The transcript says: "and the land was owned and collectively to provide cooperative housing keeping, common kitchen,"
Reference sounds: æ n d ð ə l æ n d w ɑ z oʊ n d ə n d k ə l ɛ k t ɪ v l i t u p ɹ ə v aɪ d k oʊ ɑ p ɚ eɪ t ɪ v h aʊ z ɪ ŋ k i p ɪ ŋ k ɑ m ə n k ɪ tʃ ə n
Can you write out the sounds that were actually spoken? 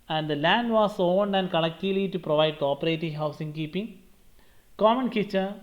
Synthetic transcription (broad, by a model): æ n d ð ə l æ n d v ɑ s oʊ n d ə n d k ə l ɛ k t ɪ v l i t u p ɹ ə v aɪ d k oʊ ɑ p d eɪ t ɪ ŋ h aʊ s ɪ ŋ k i p ɪ ŋ k ɑ m ə n k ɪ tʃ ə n